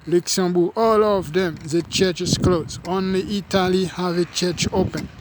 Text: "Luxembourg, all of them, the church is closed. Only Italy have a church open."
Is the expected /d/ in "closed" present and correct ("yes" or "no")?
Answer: no